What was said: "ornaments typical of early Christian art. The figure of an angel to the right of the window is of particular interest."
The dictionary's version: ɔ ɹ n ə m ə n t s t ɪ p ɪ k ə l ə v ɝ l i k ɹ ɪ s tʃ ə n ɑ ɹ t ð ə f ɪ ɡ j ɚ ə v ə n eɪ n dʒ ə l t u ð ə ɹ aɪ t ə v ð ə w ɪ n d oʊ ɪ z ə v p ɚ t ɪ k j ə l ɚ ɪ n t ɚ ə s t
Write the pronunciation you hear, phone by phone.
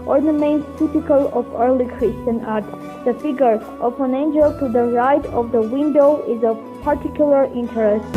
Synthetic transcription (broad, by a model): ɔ ɹ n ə m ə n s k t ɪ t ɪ k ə l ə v ɝ l i k ɹ ɪ s tʃ ə n ɑ ɹ t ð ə f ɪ ɡ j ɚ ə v ə n eɪ n dʒ ə l t u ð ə ɹ aɪ t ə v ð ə w ɪ n d oʊ ɪ z ə v p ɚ t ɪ k j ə l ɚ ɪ n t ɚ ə s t